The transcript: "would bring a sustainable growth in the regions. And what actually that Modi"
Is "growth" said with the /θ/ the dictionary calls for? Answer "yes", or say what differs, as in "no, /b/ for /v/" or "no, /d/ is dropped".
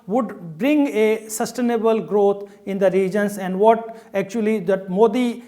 no, /t/ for /θ/